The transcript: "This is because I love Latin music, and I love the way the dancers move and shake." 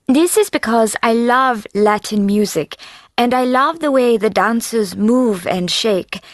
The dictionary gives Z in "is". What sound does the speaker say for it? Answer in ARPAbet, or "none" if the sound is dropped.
Z